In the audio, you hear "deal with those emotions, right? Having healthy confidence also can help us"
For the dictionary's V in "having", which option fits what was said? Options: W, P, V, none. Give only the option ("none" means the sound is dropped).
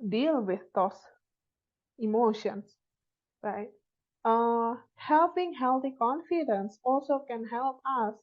P